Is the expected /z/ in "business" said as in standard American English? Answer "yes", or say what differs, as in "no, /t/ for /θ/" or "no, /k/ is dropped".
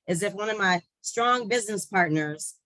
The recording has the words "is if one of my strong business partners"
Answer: yes